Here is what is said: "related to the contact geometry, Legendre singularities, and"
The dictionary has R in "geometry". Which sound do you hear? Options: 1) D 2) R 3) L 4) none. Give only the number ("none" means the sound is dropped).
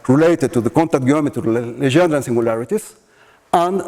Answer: 4